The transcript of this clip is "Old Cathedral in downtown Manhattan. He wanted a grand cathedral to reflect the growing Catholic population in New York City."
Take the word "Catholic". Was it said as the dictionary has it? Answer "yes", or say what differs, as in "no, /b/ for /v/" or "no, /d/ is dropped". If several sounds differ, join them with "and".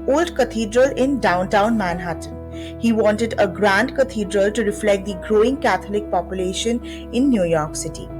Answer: no, /t/ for /θ/